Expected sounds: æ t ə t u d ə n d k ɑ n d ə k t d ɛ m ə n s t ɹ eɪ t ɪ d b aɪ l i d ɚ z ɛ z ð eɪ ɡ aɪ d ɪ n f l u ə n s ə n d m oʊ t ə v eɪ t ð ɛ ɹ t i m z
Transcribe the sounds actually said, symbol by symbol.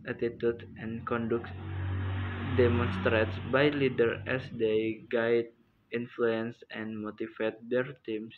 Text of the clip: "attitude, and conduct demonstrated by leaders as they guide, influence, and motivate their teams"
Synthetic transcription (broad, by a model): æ t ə t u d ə n k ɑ n d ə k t d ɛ m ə n s t ɹ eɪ t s b aɪ l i d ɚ ɛ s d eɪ ɡ aɪ d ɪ n f l u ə n s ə n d m oʊ t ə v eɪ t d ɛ ɹ t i m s